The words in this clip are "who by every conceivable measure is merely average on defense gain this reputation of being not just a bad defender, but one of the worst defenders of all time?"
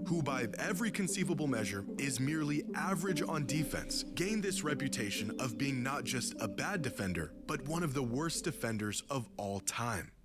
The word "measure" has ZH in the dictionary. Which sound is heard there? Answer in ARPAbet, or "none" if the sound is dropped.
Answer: ZH